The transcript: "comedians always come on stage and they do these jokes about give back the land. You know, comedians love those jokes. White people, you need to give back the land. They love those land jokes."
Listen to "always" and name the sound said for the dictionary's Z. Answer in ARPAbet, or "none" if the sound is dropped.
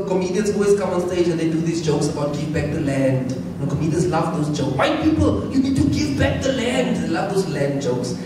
S